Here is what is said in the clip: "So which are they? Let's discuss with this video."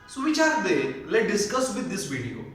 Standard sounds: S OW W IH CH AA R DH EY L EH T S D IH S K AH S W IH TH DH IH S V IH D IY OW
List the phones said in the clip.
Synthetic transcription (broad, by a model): S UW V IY CH AA R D EY L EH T D IH S K AH S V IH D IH S V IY D IY OW